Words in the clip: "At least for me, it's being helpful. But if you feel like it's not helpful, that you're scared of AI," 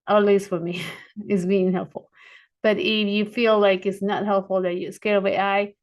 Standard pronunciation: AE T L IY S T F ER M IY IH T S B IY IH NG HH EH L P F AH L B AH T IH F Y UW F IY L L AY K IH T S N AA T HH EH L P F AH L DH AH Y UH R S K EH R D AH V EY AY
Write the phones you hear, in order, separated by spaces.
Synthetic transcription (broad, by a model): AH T L IY S T F ER M IY IH T S B IY IH NG HH EH L P F L B AH T IH F Y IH F IY L L AY K IH T S N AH T HH EH L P F L DH AH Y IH S K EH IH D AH W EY AY